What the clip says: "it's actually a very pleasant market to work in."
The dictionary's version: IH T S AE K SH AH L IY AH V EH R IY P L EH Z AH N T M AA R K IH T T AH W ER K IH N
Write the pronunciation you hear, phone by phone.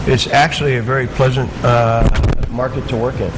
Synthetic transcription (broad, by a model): IH T S AE K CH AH L IY AH V EH R IY P L EH Z AH N T M AA R K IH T T AH W ER K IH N